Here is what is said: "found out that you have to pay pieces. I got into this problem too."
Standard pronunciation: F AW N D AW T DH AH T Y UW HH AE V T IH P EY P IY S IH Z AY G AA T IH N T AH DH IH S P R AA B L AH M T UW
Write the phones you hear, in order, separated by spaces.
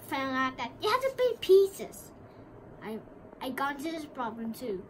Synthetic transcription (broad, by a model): F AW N AW T DH AH T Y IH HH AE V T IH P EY P IY S IH Z AY AA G IH N T AH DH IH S P R AA B L AH M T UW